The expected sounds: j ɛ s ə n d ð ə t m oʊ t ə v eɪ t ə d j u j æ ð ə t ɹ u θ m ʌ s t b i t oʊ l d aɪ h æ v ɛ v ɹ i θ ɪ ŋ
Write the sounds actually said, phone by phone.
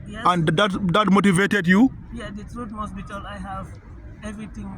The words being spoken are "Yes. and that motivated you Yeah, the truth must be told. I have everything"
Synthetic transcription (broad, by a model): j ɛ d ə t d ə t m oʊ t ə v eɪ t ə d j u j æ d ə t ɹ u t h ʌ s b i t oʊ l aɪ h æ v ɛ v ɹ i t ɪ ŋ